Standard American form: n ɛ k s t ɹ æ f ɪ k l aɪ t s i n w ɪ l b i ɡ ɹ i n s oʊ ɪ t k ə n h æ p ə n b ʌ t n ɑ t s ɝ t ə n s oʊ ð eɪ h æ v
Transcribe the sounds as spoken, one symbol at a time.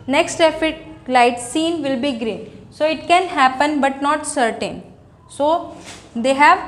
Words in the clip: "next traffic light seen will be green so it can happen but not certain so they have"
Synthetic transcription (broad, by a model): n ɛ k s t ɛ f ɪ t l aɪ t s i n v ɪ l b i ɡ ɹ i n s oʊ ɪ t k ə n h æ p ə n b ʌ t n ɑ t s ɝ t ə n s oʊ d eɪ h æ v